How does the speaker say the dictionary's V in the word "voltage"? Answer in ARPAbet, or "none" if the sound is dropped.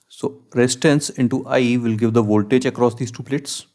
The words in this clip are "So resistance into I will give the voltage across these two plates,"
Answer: V